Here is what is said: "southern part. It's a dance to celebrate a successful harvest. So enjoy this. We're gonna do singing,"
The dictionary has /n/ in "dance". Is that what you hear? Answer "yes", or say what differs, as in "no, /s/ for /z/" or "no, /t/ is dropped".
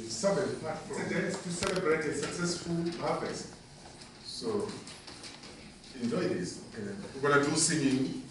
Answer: no, /n/ is dropped